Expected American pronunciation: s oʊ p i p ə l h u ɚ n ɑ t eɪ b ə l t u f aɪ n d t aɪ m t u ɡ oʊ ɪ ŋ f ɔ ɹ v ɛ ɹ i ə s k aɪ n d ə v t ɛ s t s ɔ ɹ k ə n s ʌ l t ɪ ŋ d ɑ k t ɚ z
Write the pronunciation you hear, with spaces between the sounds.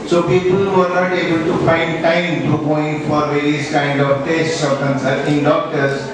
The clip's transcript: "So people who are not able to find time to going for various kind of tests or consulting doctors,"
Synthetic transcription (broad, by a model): s oʊ p i p ə l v ɚ n ɑ t eɪ b ə l t u f aɪ n d t aɪ m t u ɡ oʊ ɪ ŋ f ɔ ɹ v ɛ ɹ i ə s k aɪ n d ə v t ɛ s t s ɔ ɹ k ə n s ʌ t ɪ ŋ d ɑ k t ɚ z